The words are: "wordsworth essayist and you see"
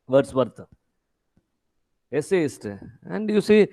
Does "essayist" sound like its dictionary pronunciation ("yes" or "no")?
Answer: yes